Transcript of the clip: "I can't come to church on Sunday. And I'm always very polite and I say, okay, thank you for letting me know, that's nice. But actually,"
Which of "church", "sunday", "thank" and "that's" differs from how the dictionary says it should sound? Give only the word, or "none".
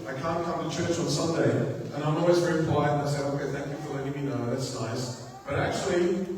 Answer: none